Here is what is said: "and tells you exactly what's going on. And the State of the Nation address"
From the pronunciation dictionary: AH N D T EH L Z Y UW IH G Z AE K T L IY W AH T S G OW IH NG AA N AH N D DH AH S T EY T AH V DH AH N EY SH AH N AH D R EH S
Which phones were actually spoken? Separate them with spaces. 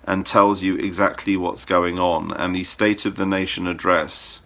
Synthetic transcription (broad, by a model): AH N T EH L Z Y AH IH G Z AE K T L IY W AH T S G OW IH NG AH N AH N DH AH S T EY T AH V DH AH N EY SH AH N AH D R EH S